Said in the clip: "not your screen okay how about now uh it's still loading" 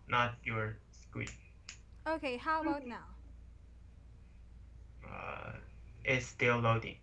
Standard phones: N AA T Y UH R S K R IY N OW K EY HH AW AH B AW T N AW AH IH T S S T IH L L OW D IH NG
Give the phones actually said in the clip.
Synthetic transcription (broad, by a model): N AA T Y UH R S K W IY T OW K EY HH AW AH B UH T N AW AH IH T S S T IH L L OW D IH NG